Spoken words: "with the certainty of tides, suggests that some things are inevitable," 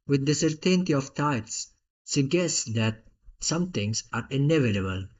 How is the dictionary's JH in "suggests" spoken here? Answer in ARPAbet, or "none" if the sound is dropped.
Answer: none